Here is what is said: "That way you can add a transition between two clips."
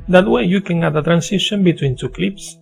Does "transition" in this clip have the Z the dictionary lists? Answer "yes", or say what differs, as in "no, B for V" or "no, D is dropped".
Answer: no, S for Z